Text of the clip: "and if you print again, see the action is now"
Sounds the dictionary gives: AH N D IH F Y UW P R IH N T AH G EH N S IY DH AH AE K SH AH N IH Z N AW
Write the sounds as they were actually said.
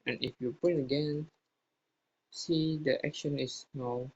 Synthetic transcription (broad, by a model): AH N IH F Y UW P IH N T AH G EH N S IY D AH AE K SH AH N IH S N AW